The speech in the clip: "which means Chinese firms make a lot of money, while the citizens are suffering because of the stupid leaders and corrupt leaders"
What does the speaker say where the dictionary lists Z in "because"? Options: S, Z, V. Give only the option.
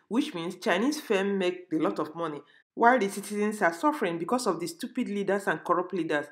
S